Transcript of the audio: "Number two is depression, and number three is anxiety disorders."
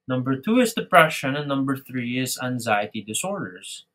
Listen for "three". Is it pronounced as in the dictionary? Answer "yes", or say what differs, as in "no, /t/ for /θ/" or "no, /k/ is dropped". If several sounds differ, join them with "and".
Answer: yes